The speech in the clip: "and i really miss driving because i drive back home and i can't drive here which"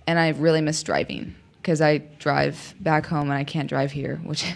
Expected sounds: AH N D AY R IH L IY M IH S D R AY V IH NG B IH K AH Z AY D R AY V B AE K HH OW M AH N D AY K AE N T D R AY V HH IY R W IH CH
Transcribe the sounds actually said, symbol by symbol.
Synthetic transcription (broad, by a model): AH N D AY R IH L IY M IH S D R AY V IH NG K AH Z AY D R AY V B AE K HH OW M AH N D AY K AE N D R AY V HH IY R W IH CH